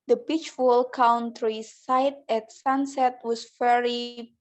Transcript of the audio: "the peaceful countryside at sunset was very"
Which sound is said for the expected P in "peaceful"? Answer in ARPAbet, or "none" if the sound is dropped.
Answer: B